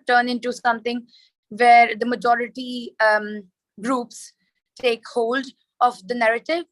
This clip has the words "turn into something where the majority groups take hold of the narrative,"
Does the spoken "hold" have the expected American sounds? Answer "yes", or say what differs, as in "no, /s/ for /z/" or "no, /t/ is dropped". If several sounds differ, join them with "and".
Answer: yes